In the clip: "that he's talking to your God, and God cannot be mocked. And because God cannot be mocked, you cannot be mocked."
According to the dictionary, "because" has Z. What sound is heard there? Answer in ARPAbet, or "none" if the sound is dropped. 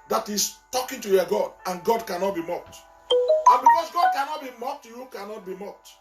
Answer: S